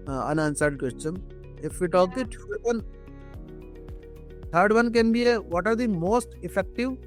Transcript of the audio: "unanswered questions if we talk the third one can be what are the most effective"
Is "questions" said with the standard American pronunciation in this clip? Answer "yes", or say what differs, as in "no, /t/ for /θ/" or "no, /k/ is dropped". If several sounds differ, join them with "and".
no, /z/ is dropped